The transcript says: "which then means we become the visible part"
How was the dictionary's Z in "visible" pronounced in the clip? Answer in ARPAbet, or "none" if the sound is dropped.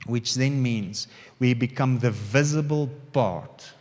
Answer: Z